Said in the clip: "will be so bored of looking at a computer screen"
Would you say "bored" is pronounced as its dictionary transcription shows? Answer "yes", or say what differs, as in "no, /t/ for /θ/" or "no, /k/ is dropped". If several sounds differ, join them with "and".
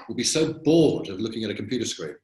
no, /l/ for /ɹ/